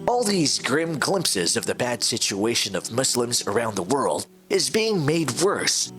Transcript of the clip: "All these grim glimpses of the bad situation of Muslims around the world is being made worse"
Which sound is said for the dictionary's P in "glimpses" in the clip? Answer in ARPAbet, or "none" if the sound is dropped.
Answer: P